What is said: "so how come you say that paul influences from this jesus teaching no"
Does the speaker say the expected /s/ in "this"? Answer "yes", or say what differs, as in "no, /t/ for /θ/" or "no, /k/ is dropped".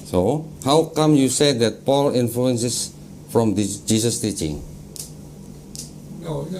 no, /s/ is dropped